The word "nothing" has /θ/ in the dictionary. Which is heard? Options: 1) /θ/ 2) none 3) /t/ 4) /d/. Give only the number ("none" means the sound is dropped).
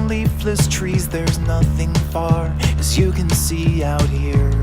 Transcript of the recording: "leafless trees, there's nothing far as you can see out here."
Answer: 1